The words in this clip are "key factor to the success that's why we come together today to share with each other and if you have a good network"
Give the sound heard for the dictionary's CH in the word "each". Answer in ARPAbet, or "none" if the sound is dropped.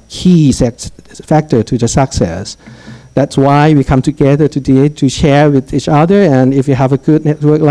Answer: CH